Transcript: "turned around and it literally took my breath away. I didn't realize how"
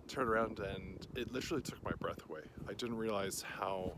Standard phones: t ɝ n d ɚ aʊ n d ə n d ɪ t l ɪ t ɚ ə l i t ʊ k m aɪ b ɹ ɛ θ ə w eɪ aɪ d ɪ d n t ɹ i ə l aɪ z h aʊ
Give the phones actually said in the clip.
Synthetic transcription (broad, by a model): t ɝ n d ɚ aʊ n d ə n ɪ t l ɪ t ɚ l i t ʊ k m aɪ b ɹ ɛ θ ə w eɪ aɪ d ɪ d n t ɹ i ə l aɪ z h aʊ